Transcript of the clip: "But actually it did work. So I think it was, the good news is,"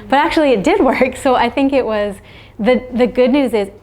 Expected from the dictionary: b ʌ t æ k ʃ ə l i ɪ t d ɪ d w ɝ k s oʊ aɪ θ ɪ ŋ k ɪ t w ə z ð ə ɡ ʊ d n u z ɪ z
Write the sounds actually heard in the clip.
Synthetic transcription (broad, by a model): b ʌ t æ k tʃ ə l i ɪ t d ɪ d w ɝ k s oʊ aɪ θ ɪ ŋ k ɪ t w ə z ð ə ɡ ʊ d n u z ɪ z